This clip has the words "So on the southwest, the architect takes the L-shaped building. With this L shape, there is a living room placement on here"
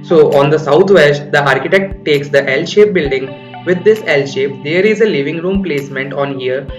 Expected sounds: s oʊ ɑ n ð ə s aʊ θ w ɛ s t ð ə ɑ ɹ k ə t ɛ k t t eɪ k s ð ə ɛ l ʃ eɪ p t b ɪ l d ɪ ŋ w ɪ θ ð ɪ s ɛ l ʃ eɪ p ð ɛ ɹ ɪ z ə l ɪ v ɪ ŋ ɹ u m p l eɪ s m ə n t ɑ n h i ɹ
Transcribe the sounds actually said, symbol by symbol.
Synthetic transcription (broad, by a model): s oʊ ɑ n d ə s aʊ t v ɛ s t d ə ɑ ɹ k ə t ɛ k t t eɪ k s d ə ɛ l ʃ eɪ p b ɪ l d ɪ ŋ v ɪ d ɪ s ɛ l ʃ eɪ p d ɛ ɹ ɪ z ə l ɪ v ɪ ŋ ɹ u m p l eɪ s m ə n t ɑ n h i ɹ